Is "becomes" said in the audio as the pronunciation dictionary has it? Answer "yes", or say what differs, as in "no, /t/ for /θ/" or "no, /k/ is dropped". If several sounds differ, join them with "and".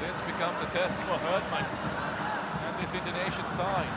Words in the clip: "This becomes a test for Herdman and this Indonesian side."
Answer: yes